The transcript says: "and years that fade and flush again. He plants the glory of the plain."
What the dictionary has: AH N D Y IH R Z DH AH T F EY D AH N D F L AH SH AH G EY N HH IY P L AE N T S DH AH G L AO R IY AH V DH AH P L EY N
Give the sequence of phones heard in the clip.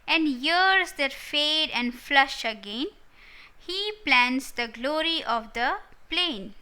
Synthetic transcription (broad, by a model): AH N D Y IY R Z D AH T F EY D AH N D F L AH SH AH G EY N HH IY P L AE N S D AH G L AO R IY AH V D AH P L EY N